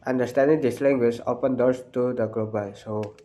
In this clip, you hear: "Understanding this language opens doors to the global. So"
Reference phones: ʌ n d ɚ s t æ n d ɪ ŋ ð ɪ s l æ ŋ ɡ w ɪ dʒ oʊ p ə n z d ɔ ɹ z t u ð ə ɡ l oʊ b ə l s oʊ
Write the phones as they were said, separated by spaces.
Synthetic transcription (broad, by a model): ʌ n d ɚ s t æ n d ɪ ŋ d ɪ s l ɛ ŋ ɡ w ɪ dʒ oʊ p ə n d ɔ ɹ s t u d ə ɡ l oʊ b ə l s oʊ